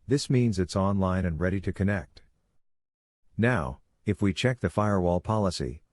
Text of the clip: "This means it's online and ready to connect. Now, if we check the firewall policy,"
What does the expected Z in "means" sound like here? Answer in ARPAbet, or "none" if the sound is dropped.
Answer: Z